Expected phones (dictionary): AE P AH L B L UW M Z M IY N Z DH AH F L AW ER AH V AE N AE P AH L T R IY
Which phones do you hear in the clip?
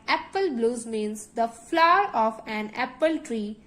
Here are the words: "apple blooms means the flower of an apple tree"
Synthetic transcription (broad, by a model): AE P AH L B L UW Z M IY N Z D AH F L AW ER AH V AE N AE P AH L T R IY